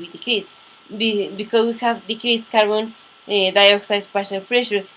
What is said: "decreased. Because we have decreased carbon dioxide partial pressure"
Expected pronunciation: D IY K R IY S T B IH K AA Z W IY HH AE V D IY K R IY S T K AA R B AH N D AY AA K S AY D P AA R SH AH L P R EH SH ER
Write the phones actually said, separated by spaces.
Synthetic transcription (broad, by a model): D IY K R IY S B B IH K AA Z W IY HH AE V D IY K R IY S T K AA R B AH N D AY AA K S AY D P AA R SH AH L P R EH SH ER